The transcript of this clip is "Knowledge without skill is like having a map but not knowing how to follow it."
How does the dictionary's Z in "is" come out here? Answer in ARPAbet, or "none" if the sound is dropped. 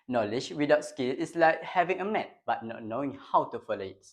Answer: S